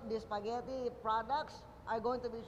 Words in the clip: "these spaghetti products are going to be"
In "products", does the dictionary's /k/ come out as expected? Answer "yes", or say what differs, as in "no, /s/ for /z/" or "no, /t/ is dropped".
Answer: yes